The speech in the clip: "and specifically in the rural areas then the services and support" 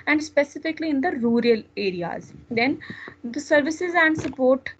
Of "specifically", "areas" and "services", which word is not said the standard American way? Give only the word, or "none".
none